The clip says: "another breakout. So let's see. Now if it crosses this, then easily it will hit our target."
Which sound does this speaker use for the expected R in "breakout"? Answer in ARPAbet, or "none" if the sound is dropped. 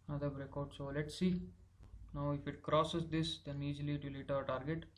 R